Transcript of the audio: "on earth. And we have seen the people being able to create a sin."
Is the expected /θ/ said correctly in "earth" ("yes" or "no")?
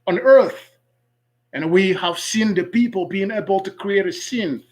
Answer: yes